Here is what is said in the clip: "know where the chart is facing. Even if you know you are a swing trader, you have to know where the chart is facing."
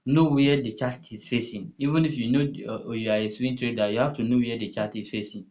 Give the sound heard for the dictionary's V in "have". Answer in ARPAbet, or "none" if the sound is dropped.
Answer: F